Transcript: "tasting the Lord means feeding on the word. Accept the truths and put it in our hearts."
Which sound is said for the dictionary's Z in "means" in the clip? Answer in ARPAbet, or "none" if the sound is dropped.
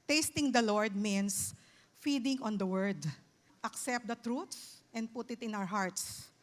S